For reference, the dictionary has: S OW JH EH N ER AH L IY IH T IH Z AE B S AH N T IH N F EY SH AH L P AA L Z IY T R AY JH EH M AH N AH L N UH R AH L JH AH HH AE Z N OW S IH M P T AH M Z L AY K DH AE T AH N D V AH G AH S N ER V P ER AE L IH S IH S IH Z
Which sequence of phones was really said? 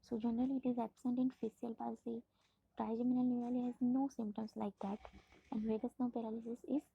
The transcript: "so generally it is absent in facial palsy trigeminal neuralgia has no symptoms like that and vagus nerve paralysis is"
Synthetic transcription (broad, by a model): S OW JH EH N ER AH L IY IH T IH Z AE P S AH N T IH N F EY S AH L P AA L S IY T R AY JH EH M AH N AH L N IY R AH L AH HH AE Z N OW S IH M P T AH M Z L AY K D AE T AH N D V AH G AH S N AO P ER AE L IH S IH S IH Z